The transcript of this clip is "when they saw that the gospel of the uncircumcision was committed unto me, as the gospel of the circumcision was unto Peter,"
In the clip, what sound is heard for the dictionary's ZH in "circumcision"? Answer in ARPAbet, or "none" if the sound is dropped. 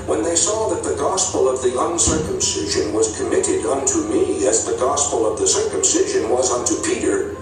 ZH